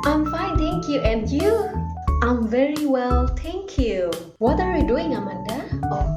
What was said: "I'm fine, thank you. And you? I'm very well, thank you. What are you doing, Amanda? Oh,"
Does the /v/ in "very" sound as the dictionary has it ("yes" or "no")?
yes